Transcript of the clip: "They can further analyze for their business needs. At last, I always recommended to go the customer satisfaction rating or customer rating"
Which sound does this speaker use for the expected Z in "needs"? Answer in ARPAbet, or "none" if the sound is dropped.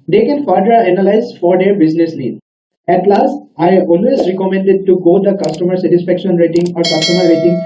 none